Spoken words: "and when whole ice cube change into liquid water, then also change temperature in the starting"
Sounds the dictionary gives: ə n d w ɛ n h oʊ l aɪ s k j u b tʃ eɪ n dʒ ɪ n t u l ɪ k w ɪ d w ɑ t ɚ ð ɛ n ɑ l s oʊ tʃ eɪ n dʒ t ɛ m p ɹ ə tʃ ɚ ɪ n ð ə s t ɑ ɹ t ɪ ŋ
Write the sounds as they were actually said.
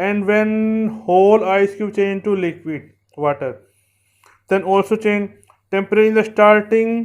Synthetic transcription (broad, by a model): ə n d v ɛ n h oʊ l aɪ s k j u tʃ eɪ n dʒ t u l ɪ k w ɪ d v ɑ t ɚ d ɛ n ɑ l s oʊ tʃ eɪ n dʒ t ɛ m p ə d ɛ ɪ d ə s t ɑ ɹ t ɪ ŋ